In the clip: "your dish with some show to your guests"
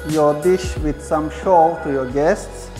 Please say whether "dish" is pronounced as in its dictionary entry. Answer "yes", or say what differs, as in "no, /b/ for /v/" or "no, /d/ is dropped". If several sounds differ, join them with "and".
yes